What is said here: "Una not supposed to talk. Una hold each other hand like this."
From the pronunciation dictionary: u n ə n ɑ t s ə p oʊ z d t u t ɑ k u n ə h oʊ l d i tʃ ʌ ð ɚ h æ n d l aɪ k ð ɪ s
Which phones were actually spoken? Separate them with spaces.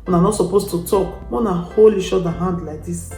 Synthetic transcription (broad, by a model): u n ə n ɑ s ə p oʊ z t u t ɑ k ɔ n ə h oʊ l i ʃ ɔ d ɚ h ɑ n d l aɪ k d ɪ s